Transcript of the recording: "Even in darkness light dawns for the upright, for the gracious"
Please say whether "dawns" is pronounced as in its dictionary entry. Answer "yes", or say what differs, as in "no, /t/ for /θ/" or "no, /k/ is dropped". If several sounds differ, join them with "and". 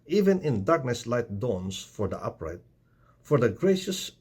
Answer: no, /s/ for /z/